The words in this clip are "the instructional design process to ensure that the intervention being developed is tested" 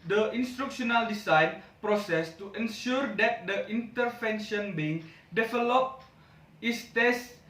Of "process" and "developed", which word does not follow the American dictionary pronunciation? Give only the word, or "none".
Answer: developed